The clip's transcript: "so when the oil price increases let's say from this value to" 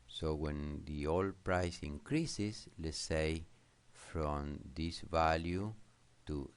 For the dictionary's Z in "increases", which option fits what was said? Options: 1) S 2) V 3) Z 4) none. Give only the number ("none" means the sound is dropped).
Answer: 1